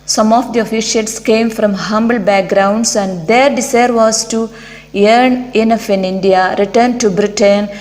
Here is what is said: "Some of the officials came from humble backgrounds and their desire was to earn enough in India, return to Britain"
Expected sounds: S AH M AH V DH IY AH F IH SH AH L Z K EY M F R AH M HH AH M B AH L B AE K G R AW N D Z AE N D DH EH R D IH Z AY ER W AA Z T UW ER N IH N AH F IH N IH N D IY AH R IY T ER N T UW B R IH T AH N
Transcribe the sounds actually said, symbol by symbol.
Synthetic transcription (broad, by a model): S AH M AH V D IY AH F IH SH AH L S K EY M F R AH M HH AH M B AH L B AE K G R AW N D S AE N D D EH R D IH S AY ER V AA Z T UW ER N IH N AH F IH N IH N D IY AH R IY T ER N T UW B R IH T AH N